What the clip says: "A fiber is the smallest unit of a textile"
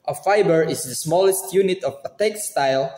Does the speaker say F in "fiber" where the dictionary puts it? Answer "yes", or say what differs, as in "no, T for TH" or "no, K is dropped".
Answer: yes